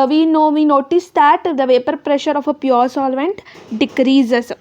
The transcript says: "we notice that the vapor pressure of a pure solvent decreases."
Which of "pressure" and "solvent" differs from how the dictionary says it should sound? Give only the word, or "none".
none